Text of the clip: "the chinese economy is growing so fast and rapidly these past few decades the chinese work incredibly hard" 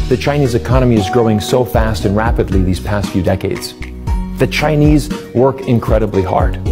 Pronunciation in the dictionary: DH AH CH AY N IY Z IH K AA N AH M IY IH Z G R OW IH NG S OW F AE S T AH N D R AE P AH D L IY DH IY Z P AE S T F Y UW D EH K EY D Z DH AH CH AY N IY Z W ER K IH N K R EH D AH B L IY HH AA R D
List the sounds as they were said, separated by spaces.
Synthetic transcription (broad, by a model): DH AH CH AY N IY Z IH K AA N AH M IY IH Z G R OW IH NG S OW F AE S T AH N R AE P AH D L IY DH IY Z P AE S T F Y UW D EH K EY D Z DH AH CH AY N IY Z W ER K IH N K R EH D AH B L IY HH AA R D